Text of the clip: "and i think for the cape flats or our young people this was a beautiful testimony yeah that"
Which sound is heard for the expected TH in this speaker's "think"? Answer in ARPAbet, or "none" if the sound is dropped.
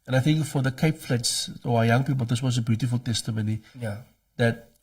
TH